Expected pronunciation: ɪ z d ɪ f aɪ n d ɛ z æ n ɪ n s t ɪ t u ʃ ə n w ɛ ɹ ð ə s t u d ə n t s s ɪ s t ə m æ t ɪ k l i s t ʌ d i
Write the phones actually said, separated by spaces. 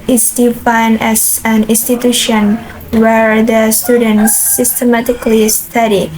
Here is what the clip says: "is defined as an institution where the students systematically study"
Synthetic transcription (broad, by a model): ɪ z d ɪ f aɪ n d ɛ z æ n ɪ n s t ɪ t u ʃ ə n w ɛ ɹ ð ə s t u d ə n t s s ɪ s t ə m æ t ɪ k l i s t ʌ d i